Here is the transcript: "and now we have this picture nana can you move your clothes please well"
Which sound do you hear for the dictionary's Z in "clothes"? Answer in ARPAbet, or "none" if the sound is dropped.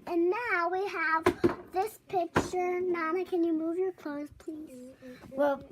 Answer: S